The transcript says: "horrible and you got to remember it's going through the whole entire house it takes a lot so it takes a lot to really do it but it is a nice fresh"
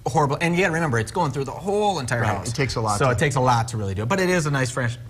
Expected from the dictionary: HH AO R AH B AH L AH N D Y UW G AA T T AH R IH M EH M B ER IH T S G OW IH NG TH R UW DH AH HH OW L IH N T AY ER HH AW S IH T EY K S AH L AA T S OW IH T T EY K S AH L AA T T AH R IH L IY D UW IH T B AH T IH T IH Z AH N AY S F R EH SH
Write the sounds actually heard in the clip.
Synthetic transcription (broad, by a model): HH AO R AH B L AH N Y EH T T R IH M EH M B ER IH T S G OW IH NG TH R UW DH AH HH OW L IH N T AY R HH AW IH T EY K S AH L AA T S OW IH T T EY K S AH L AA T T AH R IH L IY D IH T B AH T IH T IH Z AH N AY S F R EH SH